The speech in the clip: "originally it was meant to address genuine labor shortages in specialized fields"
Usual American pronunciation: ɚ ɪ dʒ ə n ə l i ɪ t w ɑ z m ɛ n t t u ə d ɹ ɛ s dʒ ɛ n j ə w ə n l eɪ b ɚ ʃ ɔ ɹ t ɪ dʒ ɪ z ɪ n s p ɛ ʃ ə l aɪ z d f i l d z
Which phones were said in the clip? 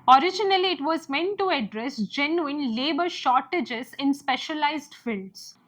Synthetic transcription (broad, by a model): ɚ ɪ dʒ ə n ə l i ɪ t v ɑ z m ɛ n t t u ə d ɹ ɛ s dʒ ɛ n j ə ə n l eɪ b ɚ ʃ ɔ ɹ t ɪ dʒ ɪ z ɪ n s p ɛ ʃ ə l aɪ z d f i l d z